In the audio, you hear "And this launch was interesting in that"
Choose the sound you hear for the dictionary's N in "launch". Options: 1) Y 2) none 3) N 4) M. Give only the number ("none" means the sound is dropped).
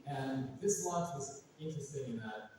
2